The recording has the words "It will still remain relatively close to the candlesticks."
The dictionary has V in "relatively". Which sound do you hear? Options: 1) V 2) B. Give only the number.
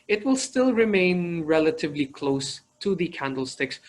1